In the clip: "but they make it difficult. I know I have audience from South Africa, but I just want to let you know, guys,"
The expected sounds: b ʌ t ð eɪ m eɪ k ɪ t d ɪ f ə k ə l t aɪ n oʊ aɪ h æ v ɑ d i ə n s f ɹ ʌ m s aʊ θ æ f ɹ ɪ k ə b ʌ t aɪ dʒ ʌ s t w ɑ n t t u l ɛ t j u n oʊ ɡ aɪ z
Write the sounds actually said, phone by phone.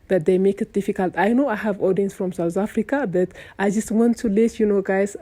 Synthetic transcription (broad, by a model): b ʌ t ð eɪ m eɪ k ɪ t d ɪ f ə k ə l t aɪ n oʊ aɪ h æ v ɑ d i ə n s f ɹ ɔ m s aʊ t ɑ f ɹ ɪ k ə b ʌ t aɪ dʒ ʌ s t w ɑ n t t u l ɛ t j u n oʊ ɡ aɪ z